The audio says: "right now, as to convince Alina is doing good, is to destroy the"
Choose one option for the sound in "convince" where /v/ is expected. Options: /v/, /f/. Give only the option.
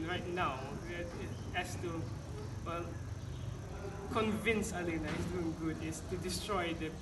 /v/